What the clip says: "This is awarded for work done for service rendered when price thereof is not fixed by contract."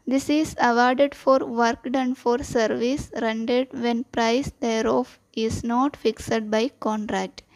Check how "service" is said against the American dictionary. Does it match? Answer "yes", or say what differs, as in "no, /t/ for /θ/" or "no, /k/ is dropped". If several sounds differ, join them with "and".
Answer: yes